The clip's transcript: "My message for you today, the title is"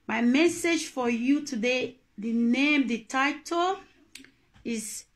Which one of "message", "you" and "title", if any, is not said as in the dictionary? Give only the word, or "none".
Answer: none